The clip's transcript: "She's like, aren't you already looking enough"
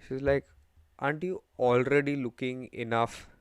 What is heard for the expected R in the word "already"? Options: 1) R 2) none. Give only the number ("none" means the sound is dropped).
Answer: 1